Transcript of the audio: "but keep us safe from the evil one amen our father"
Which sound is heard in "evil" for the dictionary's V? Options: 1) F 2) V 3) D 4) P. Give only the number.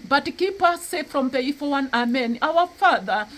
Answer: 1